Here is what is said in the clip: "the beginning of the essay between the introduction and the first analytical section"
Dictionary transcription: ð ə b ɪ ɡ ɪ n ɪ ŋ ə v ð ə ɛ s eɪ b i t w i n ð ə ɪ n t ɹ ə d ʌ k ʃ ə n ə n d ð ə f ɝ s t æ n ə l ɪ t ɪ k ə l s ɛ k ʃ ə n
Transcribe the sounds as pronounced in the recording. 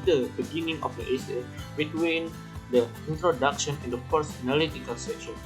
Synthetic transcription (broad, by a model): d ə b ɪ ɡ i n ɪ ŋ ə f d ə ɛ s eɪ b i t w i n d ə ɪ n t ɹ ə d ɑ k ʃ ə n ə n d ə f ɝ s ɑ n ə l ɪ t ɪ k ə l s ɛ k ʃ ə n